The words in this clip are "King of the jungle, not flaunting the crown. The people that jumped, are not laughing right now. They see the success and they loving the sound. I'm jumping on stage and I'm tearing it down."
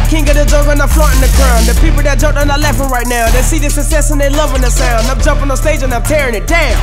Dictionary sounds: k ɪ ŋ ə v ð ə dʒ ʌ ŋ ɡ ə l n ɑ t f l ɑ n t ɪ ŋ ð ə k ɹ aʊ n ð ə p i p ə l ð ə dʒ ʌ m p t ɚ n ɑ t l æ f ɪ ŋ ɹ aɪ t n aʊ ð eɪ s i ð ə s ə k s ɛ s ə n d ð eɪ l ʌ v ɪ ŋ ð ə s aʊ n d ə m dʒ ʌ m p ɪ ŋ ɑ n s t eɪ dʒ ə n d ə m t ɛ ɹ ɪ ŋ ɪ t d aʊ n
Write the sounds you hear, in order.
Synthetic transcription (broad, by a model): k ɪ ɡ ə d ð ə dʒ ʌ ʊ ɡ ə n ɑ f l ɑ n ð ə k ɹ aʊ n ð ə p i p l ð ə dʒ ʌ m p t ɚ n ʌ l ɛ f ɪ ɹ aɪ t n aʊ ð eɪ s i ð ə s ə s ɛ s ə n ð eɪ l ʌ v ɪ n ð ə s aʊ n d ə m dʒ ʌ m p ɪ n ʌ s t eɪ dʒ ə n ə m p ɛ ɹ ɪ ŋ ɪ t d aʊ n